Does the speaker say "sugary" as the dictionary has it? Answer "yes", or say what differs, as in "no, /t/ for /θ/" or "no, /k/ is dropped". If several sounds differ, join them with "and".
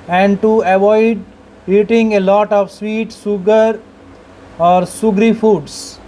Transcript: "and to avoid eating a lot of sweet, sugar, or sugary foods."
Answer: no, /s/ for /ʃ/